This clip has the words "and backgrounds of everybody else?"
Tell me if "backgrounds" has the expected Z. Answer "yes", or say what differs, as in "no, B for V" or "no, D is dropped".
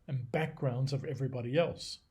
yes